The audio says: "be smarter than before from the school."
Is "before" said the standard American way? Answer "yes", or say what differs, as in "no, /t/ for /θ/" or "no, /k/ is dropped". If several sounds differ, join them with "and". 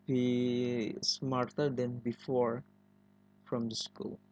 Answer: yes